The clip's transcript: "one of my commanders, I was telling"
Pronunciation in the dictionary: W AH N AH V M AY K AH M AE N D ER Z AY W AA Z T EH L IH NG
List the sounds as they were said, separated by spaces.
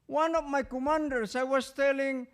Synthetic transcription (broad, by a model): W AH N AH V M AY K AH M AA N D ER S AY W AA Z T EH L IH NG